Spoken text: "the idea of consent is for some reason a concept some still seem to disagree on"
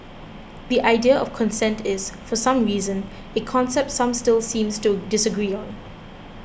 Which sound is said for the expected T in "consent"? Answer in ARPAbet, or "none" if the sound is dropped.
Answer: T